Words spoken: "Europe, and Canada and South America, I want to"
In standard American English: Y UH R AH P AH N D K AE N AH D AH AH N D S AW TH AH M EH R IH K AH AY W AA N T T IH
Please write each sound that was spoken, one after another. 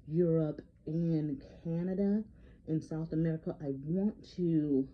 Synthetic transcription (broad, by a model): Y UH R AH P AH N K AE N AH D AH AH N S AW TH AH M EH R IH K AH AY W AA N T T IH